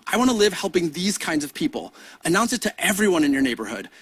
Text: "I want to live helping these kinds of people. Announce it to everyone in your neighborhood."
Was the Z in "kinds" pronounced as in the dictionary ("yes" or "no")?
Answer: yes